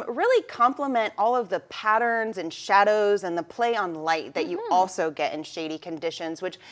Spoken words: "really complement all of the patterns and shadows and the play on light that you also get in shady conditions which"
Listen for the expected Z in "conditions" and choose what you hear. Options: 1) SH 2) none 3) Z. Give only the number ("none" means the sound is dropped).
3